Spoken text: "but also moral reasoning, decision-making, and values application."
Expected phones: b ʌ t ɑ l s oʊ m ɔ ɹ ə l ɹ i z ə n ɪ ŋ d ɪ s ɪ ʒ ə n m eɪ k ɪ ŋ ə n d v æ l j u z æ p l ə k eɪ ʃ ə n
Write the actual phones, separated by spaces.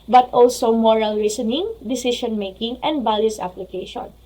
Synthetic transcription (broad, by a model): b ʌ t ɑ l s oʊ m ɔ ɹ ə l ɹ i s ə n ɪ ŋ d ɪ s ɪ ʃ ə n m eɪ k ɪ ŋ ə n d b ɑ l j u s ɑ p l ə k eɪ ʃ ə n